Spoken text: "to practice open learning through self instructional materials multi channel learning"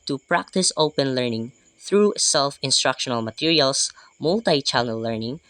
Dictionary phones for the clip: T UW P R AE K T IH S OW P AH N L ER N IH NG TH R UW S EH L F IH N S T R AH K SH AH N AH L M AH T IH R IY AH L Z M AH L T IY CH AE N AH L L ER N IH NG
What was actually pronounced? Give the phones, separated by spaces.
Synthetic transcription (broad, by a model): T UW P R AE K T IH S OW P AH N L ER N IH NG TH R UW S EH L F IH N S T R AH K SH AH N AH L M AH T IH R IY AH L S M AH L T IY CH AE L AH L L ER N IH NG